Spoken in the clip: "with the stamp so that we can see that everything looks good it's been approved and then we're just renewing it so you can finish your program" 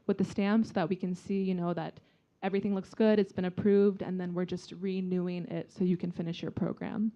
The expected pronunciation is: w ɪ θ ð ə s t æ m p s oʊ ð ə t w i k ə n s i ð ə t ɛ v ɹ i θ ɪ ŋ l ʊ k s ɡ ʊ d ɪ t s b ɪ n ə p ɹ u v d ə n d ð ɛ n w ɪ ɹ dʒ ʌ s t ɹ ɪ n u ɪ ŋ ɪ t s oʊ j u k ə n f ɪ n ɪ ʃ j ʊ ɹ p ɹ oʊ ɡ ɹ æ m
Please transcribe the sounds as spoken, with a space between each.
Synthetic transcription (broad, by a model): w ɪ ð ə s t æ m p s oʊ ð ə t w i k ə n s i ð ə t ɛ v ɹ i θ ɪ ŋ l ʊ k s ɡ ʊ d ɪ t s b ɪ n ə p ɹ u v d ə n ð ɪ n w ɪ ɹ dʒ ʌ s t ɹ ɪ n u ɪ ŋ ɪ t s oʊ j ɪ k ə n f ɪ n ɪ ʃ j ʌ ɹ p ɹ oʊ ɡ ɹ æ m